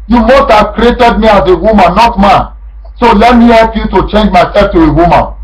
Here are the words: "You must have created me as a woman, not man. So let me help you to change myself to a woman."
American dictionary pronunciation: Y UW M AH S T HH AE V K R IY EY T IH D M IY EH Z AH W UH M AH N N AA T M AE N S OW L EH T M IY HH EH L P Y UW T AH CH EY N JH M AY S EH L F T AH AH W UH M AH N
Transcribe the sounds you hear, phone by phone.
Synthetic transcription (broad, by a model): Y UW M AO S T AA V K R IY EY T IH D M IY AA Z AH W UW M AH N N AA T M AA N S OW L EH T M IY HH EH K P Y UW T AH CH EY N JH M AY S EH F T AH AH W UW M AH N